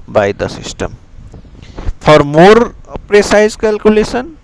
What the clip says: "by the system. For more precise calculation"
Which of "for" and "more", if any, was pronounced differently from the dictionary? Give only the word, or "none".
for